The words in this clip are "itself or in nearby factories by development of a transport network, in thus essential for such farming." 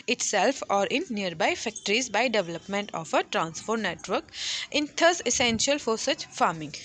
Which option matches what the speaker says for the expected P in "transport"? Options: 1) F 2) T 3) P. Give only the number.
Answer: 1